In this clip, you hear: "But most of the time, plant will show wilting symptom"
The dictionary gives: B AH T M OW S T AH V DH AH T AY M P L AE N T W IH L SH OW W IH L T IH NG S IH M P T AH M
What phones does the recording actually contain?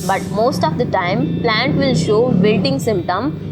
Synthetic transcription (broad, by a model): B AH T M OW S T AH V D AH T AY M P L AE N T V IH L SH OW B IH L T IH NG S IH M P T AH M